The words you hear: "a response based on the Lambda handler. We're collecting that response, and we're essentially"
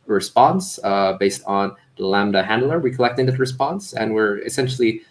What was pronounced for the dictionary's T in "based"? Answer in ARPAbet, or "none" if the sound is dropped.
T